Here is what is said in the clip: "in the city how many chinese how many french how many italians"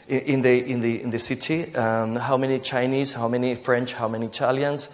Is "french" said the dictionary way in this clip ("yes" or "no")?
yes